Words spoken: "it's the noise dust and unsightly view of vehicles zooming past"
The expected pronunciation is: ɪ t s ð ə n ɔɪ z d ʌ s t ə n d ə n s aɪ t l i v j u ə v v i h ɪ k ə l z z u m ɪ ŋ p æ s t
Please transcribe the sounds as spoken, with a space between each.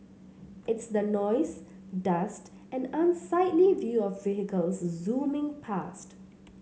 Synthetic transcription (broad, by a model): ɪ t s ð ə n ɔɪ z d ʌ s t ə n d ə n s aɪ t l i v j u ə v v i h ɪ k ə l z z u m ɪ ŋ p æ s t